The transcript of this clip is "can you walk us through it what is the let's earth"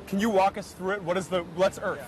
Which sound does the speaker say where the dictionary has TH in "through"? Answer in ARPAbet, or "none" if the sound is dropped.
TH